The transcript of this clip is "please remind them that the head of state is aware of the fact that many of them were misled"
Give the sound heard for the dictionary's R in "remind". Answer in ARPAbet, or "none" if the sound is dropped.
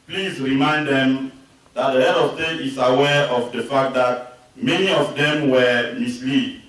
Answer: R